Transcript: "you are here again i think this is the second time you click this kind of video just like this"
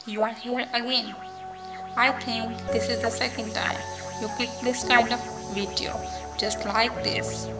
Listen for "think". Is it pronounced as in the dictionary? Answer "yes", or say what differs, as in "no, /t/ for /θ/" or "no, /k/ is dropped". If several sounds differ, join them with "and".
no, /t/ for /θ/